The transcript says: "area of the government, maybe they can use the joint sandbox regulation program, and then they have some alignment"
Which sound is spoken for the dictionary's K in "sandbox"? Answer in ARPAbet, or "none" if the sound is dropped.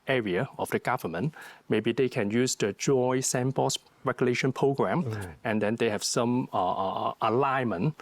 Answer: none